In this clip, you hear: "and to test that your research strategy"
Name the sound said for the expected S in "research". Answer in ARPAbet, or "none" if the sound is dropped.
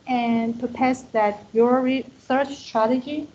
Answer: TH